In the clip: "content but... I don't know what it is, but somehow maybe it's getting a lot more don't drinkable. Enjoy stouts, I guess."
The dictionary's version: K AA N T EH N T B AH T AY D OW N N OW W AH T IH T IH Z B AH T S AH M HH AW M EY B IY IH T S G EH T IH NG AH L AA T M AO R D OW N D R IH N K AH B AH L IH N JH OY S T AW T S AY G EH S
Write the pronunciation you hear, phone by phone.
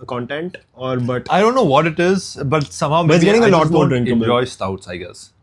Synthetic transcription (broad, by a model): K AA N T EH N T B AH T AY D OW N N OW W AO T IH T IH Z B AH T S AH M HH AW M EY IY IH G EH T IH NG AH L AA T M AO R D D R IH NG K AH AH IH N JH OY S T AW T S AY G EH S